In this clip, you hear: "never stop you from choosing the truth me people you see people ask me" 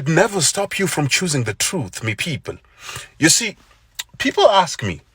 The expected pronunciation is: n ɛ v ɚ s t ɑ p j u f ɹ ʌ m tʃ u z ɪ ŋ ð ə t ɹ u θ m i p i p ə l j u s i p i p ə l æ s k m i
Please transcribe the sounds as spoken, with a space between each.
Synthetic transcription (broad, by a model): n ɛ v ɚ s t ɑ p j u f ɹ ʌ m tʃ u z ɪ ŋ ð ə t ɹ u θ m i p i p ə l j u s i p i p ə l æ s k m i